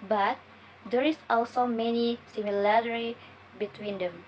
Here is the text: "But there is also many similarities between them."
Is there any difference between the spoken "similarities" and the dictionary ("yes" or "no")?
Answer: yes